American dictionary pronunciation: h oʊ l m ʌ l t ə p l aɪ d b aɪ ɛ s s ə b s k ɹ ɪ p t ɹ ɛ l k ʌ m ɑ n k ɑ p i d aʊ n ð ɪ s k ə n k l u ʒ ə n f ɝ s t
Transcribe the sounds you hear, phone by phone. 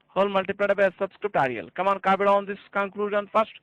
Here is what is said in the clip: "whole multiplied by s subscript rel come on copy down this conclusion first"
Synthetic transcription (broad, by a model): h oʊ l m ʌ l t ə p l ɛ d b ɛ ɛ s s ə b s k ɹ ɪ p t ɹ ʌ l k ʌ m ɑ n k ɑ b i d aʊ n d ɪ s k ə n k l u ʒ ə n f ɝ s t